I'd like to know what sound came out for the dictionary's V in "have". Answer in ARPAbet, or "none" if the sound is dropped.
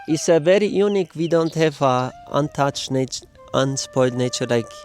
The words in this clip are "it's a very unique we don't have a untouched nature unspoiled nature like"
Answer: F